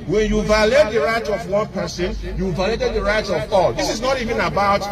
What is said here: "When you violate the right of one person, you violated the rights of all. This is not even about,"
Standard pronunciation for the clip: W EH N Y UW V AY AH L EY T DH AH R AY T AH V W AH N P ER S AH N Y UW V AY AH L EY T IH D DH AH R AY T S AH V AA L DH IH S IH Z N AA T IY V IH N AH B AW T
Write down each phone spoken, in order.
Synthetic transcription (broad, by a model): W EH N Y UW V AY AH L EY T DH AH R AY T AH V W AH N P ER S AH N Y UW V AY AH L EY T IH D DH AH R AY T AH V AA L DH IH S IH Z N AA T IY V IH N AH B AW T